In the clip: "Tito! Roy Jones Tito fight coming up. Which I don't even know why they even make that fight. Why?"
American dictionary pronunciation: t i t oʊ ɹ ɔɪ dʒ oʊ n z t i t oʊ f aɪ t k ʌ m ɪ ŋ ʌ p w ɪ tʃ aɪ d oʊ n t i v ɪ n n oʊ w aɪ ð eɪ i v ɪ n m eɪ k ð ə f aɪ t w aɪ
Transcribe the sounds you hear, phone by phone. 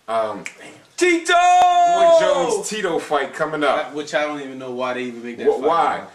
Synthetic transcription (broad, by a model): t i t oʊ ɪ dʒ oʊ z t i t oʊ f aɪ t k ʌ m ɪ ŋ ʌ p w ɪ tʃ aɪ d oʊ n t i v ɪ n n oʊ w aɪ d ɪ i v ɪ n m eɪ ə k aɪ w aɪ